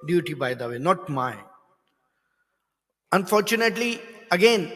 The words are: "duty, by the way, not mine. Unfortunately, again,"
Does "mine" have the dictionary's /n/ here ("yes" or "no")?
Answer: no